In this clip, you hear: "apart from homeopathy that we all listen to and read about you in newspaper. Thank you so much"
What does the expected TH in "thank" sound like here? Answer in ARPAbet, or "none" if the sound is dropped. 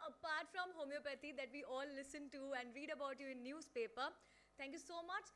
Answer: T